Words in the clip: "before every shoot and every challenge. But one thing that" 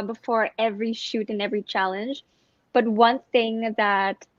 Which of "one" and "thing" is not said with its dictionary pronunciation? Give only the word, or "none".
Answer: none